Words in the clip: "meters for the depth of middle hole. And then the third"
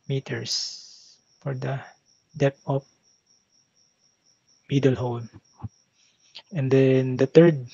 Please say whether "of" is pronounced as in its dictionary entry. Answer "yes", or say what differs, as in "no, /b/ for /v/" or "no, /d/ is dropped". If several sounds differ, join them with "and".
no, /p/ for /v/